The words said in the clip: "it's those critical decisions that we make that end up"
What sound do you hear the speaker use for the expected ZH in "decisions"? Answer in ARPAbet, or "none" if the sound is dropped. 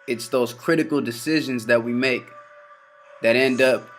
ZH